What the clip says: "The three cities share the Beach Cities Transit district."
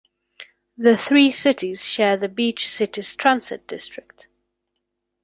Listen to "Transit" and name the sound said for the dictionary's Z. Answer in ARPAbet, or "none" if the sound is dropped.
S